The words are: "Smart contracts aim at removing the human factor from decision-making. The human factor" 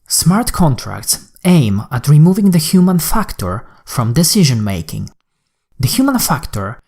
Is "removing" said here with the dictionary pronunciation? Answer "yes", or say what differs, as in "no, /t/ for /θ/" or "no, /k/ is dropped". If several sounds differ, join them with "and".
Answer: yes